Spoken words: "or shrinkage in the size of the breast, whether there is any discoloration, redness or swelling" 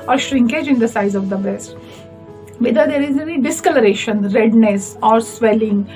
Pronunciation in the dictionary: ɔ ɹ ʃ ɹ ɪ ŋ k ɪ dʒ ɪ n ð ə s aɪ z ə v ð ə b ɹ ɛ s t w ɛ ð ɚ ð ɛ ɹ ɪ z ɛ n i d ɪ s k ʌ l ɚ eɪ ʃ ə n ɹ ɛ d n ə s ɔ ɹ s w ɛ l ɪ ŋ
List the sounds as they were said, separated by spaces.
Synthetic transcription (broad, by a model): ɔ ɹ ʃ ɹ ɪ ŋ k ɪ dʒ ɪ n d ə s aɪ z ə v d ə b ɹ ɛ s t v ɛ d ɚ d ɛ ɹ ɪ z ɛ n i d ɪ s k ʌ l ɚ eɪ ʃ ə n ɹ ɛ d n ə s ɔ ɹ s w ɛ l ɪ ŋ